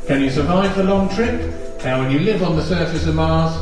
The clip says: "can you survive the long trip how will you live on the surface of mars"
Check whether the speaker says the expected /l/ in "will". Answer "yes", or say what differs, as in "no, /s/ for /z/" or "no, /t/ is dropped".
no, /n/ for /l/